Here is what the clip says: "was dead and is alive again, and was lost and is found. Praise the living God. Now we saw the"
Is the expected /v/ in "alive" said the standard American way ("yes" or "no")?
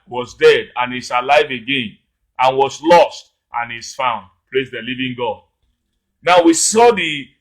yes